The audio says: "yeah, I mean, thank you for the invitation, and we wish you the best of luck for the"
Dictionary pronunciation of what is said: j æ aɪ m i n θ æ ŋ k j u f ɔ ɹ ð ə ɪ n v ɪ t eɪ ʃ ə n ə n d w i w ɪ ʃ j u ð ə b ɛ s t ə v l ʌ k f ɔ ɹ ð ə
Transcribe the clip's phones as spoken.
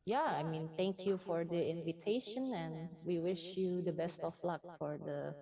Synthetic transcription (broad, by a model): j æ aɪ m i n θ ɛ ŋ k j u f ɔ ɹ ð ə ɪ n v ɪ t eɪ ʃ ə n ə n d w i w ɪ ʃ j u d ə b ɛ s t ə f l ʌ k f ɔ ɹ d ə